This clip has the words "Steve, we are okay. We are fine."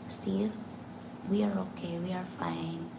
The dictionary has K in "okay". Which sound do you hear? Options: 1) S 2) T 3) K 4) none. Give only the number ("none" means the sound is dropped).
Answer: 3